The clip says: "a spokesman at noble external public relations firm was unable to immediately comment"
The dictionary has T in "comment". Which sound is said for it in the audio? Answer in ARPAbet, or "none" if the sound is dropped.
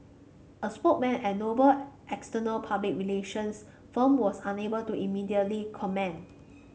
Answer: none